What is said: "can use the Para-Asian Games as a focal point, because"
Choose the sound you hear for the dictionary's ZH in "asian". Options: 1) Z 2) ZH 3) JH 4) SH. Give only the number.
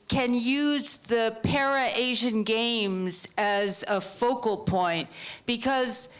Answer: 2